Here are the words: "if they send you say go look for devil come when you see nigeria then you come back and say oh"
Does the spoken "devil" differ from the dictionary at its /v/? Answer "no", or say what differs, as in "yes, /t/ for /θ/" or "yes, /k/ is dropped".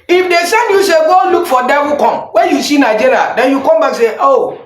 yes, /w/ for /v/